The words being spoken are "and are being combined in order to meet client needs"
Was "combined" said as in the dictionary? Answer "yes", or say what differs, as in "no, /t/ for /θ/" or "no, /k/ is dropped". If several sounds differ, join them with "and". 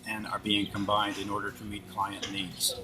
yes